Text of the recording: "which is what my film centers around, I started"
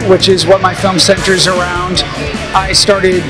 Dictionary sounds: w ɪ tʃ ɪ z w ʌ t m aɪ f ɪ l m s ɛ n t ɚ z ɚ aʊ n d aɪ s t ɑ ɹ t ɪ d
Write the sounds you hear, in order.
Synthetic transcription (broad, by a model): w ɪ tʃ ɪ z w ʌ t m aɪ f ɪ l m s ɛ n t ɚ z ɚ aʊ n d aɪ s t ɑ ɹ t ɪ d